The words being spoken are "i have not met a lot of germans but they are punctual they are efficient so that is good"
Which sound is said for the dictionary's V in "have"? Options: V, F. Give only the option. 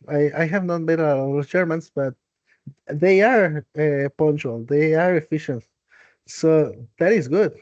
V